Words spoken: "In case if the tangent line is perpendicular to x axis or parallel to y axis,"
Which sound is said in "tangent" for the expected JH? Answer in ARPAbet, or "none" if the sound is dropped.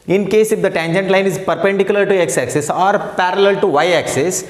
JH